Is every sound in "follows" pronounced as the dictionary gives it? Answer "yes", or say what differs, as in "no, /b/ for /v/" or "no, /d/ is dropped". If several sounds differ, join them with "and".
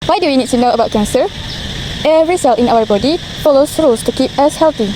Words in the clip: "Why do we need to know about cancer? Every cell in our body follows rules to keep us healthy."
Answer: no, /s/ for /z/